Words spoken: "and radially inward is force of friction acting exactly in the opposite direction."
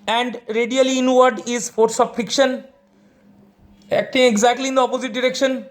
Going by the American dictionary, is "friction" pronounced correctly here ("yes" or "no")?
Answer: no